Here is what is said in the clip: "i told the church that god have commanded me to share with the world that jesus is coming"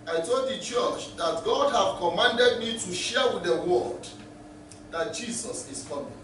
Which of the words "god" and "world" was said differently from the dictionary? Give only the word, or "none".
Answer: world